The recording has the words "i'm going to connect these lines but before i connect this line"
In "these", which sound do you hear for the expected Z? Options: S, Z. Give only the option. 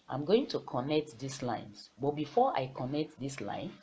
S